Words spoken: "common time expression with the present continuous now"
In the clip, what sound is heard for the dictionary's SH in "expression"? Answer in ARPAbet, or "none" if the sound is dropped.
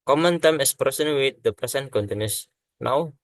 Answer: S